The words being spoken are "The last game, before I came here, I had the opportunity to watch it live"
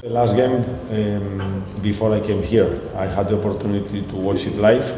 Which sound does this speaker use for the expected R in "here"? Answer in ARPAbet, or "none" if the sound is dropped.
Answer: R